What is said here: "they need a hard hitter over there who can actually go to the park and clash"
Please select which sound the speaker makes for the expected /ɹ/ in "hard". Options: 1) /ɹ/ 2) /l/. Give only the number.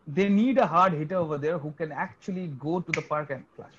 1